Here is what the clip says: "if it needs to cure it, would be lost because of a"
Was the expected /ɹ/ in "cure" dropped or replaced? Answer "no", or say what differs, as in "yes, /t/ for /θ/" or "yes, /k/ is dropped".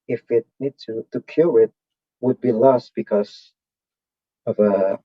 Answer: yes, /l/ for /ɹ/